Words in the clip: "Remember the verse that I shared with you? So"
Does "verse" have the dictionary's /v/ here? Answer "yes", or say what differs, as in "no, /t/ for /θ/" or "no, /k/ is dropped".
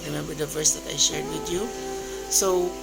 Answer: yes